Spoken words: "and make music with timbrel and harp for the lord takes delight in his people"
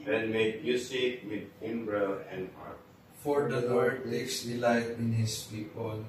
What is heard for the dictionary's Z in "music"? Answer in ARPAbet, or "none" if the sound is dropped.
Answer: S